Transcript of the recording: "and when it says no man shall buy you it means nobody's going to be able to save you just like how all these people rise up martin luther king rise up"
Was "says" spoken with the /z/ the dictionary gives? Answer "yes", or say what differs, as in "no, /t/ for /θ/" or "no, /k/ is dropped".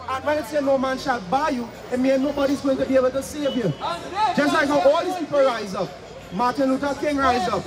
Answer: no, /z/ is dropped